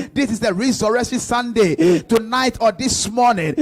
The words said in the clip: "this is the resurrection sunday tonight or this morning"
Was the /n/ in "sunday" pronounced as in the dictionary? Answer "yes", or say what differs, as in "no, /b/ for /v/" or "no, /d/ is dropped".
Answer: yes